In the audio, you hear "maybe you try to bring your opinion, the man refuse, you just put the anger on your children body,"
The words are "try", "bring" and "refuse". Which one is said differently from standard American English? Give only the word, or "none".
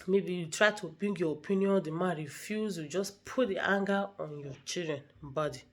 bring